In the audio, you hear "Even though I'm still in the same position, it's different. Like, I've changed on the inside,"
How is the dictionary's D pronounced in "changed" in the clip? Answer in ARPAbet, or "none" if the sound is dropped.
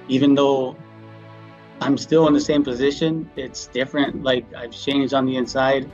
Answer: D